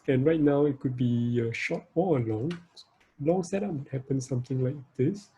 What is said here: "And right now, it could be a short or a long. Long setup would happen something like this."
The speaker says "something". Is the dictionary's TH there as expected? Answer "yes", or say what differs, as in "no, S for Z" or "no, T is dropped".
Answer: no, T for TH